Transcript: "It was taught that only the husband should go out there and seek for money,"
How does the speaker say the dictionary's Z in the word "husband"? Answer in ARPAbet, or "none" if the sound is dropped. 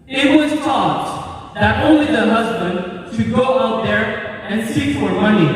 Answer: Z